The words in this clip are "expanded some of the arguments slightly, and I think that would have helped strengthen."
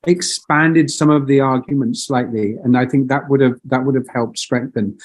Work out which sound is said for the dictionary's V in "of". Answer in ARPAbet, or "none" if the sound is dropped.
V